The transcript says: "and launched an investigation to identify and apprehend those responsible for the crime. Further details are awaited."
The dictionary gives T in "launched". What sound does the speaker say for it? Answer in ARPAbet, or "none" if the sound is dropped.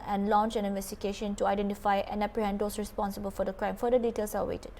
none